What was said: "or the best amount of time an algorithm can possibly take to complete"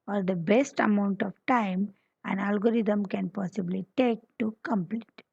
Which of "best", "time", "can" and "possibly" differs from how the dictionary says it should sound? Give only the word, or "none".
none